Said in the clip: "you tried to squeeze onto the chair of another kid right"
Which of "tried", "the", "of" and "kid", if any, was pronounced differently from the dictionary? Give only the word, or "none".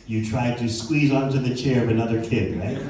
none